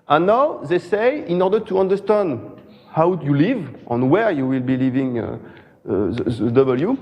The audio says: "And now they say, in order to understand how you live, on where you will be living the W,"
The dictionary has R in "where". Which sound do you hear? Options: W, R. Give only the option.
R